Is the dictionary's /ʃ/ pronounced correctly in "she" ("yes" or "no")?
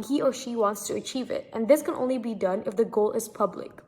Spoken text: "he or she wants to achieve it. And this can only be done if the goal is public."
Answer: yes